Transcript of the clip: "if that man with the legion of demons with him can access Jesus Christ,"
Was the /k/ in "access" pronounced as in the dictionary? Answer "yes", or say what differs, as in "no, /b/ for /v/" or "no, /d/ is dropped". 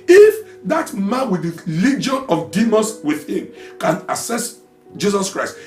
no, /k/ is dropped